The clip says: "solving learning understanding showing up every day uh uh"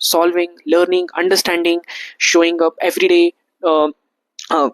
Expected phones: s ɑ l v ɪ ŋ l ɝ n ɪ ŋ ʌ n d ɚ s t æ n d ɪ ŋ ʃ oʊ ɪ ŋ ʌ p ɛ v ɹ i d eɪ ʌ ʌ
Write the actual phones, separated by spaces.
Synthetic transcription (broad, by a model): s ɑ l v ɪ ŋ l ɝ n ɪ ŋ ʌ n d ɚ s t æ n d ɪ ŋ ʃ oʊ ɪ ŋ ʌ p ɛ v ɹ i d eɪ